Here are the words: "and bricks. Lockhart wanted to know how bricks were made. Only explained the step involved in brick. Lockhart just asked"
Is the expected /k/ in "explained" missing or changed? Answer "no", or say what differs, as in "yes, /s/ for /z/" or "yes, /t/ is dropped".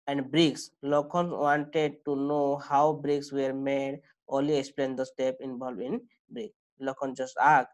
no